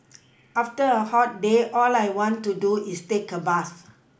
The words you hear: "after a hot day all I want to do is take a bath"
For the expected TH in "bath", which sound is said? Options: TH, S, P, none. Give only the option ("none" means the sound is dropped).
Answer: S